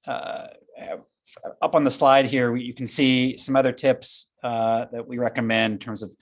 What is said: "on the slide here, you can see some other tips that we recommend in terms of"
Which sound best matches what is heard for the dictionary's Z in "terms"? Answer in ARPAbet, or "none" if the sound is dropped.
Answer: Z